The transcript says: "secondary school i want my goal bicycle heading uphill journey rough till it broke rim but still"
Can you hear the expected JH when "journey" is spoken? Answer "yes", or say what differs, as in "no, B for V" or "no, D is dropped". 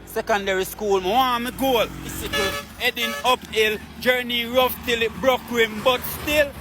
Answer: yes